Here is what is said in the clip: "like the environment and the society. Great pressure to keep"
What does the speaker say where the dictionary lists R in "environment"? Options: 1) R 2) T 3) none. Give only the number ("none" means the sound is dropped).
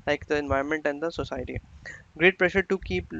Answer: 3